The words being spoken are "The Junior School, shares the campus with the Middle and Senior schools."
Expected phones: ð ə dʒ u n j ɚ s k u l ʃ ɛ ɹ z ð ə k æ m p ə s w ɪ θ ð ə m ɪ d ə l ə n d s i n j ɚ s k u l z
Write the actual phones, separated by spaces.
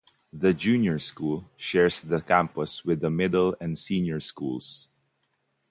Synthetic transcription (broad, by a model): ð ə dʒ u n j ɚ s k u l ʃ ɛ ɹ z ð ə k æ m p ə s w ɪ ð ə m ɪ d ə l ə n d s i n j ɚ s k u l s